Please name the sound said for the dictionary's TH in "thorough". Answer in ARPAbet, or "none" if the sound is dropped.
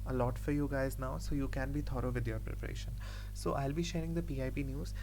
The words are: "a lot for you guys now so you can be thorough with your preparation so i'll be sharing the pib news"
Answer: T